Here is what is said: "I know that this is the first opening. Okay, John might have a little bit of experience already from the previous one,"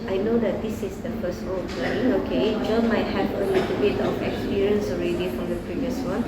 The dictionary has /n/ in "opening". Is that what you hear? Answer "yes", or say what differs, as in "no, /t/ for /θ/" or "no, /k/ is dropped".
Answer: no, /n/ is dropped